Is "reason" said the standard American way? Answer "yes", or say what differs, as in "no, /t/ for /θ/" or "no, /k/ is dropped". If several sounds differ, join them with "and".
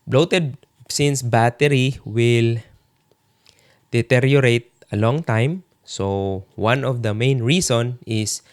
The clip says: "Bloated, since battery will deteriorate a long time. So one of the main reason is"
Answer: no, /s/ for /z/